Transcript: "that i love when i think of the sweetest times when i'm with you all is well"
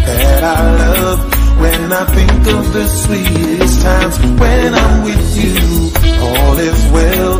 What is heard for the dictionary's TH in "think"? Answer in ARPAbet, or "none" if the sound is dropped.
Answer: TH